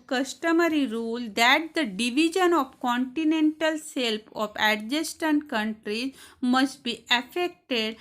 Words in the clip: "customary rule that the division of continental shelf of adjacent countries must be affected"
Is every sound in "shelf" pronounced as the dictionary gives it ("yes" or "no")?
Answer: no